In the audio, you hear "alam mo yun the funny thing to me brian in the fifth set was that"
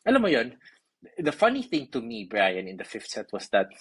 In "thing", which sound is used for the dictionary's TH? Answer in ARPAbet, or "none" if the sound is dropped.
TH